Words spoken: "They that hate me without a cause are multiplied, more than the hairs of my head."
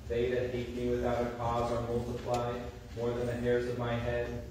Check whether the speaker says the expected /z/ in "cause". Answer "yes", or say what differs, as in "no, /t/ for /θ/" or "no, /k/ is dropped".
yes